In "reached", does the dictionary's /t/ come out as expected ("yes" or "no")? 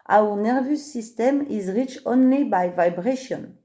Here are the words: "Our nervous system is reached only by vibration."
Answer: no